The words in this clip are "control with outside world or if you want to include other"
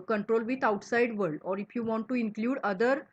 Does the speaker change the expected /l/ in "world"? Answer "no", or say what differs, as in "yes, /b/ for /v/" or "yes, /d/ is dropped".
yes, /l/ is dropped